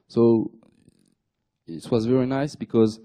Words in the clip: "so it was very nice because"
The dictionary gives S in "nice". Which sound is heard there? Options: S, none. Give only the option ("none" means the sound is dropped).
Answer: S